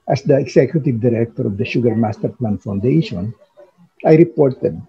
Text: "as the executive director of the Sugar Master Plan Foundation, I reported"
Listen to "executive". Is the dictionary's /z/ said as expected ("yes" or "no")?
no